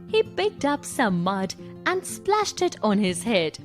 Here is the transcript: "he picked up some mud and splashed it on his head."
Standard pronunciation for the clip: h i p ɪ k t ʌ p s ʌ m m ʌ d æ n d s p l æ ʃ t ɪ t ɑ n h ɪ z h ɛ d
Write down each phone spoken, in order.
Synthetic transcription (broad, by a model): h i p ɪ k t ʌ p s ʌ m m ʌ d æ n d s p l æ ʃ t ɪ t ɑ n h ɪ z h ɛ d